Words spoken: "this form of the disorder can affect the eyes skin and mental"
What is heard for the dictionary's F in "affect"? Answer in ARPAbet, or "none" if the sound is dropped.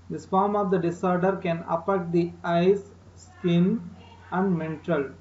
P